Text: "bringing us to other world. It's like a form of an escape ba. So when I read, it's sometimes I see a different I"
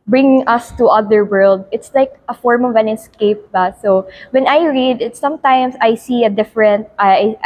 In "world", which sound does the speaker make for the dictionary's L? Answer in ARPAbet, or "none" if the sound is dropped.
L